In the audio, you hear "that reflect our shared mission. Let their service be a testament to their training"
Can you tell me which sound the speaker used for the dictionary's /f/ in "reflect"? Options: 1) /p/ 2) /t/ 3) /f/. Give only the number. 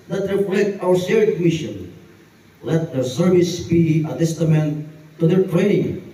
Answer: 1